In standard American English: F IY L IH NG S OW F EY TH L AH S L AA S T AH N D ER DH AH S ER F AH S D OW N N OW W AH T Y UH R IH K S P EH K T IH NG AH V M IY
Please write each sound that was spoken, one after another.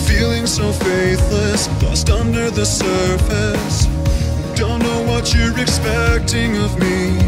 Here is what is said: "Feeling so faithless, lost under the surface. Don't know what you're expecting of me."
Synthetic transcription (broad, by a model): F IY L IH NG S OW F EY TH L AH S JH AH S T AH N D ER DH AH S ER F AH S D OW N N OW W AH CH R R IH S P EH K T IH NG AH V M IY